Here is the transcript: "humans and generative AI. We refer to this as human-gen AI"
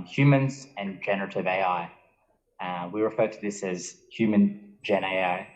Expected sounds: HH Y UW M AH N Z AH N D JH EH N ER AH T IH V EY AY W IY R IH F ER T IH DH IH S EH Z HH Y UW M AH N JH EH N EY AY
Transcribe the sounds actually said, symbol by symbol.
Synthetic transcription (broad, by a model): HH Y UW M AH N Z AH N JH EH N ER AH T IH V EY AY W IY R IH F ER T IH DH IH S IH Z HH Y UW M AH N JH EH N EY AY